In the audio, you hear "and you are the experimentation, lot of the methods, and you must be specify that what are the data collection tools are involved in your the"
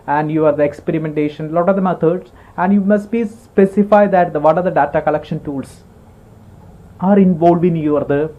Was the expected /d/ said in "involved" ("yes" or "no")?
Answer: no